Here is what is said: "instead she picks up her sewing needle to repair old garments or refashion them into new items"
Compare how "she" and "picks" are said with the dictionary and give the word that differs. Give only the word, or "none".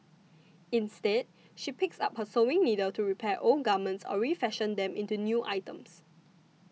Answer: none